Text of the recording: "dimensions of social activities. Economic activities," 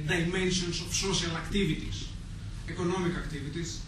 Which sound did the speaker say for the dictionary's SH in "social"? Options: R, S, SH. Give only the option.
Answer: S